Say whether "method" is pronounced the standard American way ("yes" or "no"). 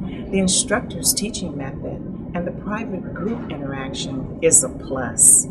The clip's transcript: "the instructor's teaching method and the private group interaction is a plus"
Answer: yes